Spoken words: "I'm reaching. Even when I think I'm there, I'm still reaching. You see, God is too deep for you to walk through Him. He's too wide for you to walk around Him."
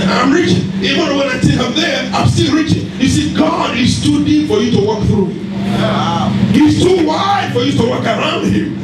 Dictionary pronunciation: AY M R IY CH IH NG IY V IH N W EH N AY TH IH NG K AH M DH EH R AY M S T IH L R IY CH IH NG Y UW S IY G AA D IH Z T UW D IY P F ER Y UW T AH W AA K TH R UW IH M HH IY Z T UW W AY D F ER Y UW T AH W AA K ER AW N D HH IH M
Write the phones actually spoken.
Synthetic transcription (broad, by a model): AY M R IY CH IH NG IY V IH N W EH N AY T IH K AH M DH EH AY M S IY R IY CH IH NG Y UW S IY G AA D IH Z T UW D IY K F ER Y UW T AH W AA K TH R UW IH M HH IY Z T UW W AY D F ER Y UW T AH W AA K ER AW N D HH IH M